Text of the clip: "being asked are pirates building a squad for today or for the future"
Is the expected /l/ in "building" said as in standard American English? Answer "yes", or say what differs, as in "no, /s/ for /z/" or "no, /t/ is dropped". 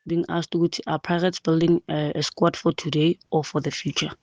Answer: yes